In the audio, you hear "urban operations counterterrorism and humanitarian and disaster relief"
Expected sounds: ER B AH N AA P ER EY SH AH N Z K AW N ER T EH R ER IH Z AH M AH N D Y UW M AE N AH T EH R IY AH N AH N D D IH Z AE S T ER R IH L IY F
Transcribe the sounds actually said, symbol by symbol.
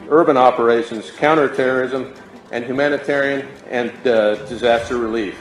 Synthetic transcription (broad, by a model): ER B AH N AA P ER EY SH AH N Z K AW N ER T EH R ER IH Z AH M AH N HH Y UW M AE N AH T EH R IY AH N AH N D D IH Z AE S T ER R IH L IY F